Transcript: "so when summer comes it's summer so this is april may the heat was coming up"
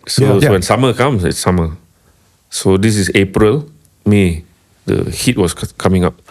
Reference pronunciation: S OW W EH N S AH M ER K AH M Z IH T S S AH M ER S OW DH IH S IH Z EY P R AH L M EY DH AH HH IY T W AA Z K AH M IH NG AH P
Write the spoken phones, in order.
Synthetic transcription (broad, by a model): S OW W EH N S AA M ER K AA M S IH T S S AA M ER S OW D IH S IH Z EY P R AH L M EY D AH HH IY T W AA S K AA M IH NG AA P